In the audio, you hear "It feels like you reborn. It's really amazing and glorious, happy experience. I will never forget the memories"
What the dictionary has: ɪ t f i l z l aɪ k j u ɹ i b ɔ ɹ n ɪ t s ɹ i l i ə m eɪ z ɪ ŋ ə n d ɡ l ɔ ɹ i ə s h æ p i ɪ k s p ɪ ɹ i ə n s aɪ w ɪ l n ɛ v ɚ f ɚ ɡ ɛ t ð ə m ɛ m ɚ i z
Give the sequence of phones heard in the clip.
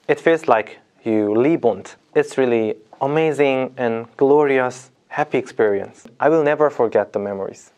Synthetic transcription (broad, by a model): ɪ t f i l z l aɪ k j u l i b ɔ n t ɪ t s ɹ i l i ə m eɪ z ɪ ŋ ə n ɡ l ɔ ɹ i ə s h æ p i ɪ k s p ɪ ɹ i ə n s aɪ w ɪ l n ɛ v ɚ f ɚ ɡ ɛ t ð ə m ɛ m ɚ i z